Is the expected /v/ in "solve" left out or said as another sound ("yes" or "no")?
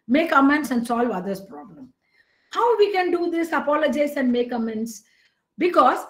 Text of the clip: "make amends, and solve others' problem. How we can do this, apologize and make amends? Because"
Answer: no